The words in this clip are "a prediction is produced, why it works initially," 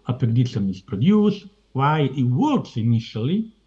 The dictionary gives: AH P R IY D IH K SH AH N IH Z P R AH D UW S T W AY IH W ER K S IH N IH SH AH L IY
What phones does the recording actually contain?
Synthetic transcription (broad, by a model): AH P IY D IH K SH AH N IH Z P R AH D UW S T W AY IH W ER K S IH N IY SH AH L IY